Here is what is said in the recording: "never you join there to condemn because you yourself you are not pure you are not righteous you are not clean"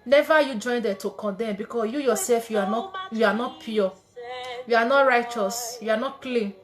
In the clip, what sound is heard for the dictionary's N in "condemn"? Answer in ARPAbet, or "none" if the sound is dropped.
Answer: N